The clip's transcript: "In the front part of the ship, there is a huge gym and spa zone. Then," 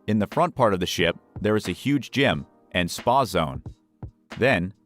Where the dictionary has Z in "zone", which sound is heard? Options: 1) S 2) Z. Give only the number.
2